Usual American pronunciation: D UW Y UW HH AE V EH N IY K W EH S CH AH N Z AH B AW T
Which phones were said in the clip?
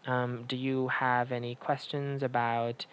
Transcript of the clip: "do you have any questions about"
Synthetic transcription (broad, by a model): D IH Y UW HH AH V EH N IY K W EH S CH AH N Z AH B AW T